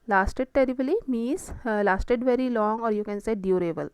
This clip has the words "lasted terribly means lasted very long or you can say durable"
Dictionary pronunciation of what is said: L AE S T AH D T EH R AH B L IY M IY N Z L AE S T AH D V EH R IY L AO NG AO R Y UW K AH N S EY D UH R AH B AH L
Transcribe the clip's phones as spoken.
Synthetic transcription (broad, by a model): L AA S T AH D T EH R AH B L IY M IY Z L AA S T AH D V EH R IY L AO NG AO R Y UW K AH N S EY D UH R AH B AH L